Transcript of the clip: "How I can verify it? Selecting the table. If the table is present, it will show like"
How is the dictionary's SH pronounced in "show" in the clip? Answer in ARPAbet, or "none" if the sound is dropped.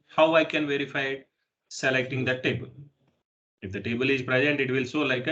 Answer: S